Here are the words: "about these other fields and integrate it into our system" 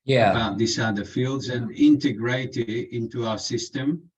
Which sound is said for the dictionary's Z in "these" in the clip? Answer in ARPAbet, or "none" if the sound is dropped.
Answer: S